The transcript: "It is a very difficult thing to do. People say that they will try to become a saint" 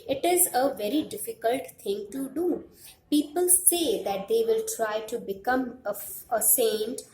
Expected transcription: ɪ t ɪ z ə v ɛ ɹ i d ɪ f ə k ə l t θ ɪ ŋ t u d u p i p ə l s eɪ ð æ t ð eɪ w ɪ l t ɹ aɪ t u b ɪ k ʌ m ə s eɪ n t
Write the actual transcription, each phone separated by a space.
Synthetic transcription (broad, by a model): ɪ t ɪ z ə v ɛ ɹ i d ɪ f ə k ə l t t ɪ ŋ t u d u p i p ə l s eɪ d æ t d eɪ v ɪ l t ɹ aɪ t u b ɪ k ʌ m ə s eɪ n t